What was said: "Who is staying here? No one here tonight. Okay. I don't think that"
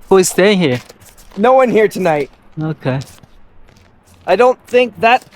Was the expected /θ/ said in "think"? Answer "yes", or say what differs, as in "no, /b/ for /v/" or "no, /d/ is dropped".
yes